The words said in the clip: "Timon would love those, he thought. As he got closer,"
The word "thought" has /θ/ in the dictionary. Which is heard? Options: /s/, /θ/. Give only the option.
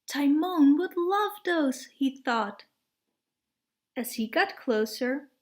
/θ/